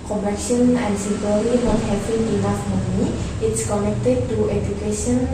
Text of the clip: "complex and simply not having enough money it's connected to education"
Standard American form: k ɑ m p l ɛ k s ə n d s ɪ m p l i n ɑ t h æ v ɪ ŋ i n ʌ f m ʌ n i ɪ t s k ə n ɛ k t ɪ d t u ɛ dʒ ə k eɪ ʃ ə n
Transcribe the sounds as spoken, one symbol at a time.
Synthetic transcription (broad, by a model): k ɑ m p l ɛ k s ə n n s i p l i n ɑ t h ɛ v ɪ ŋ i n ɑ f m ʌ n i ɪ t s k ə n ɛ k t ɪ d t u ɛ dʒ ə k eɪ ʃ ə n